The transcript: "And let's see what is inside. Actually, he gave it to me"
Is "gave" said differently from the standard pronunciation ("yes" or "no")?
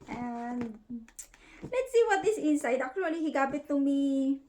yes